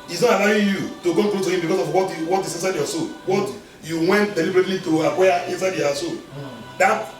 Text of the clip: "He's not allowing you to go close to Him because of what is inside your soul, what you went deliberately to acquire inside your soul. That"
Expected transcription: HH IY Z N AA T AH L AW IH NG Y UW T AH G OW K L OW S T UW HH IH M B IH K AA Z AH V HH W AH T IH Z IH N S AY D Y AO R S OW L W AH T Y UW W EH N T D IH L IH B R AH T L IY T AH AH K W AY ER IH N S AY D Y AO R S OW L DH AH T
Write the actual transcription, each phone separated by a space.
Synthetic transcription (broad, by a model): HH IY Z N AA T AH L AW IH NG Y UW T AH G OW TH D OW T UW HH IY M B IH K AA S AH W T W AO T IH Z IH N S AY D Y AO S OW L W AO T Y UW W EH N T D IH L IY B R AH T L IY T AH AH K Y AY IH N S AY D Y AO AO S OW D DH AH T